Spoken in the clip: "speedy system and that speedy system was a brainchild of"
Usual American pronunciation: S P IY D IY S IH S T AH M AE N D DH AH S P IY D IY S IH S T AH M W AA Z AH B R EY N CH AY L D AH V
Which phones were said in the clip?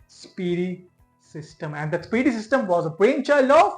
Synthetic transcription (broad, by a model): S P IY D IY S IH S T AH M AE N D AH S P IY D IY S IH S T AH M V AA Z AH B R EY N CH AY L AH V